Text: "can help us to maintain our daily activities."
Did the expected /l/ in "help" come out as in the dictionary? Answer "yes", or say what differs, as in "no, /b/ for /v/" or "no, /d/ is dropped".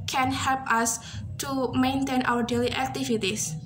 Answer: yes